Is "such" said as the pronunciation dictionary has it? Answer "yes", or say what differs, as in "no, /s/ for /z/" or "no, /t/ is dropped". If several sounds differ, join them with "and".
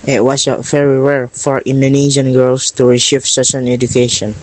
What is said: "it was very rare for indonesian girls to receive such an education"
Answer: no, /s/ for /tʃ/